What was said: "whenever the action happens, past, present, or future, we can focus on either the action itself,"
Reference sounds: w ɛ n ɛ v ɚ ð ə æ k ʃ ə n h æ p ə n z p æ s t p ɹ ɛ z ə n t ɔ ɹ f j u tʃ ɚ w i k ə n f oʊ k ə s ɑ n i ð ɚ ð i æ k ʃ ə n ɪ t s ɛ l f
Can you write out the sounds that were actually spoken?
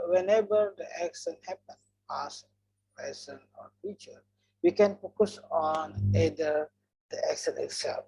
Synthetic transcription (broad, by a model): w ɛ n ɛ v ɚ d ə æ k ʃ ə n h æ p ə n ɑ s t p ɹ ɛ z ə n ɔ ɹ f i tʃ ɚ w i k ə n f oʊ k ə s ɑ n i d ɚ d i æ k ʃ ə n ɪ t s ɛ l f